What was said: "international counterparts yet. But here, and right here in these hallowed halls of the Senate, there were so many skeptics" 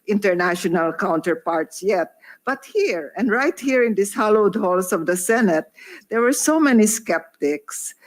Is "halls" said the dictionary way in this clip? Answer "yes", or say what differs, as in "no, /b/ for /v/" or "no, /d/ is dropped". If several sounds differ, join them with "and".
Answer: no, /s/ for /z/